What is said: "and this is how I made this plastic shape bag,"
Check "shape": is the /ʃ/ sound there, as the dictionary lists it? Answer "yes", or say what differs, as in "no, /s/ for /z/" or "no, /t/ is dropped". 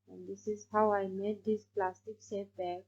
no, /s/ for /ʃ/